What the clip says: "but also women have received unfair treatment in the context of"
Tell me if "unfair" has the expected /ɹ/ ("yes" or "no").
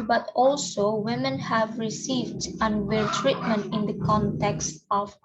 no